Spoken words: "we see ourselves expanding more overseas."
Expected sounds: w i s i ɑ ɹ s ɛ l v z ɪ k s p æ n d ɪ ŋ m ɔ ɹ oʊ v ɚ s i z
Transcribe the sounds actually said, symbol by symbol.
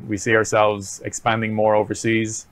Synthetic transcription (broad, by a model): w i s i ɑ ɹ s ɛ l v z ɪ k s p æ n d ɪ ŋ m ɔ ɹ oʊ v ɚ s i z